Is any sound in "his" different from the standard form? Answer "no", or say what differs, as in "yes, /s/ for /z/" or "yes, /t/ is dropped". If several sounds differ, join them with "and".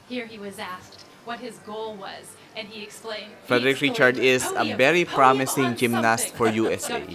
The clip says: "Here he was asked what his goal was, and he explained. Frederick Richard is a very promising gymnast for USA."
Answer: no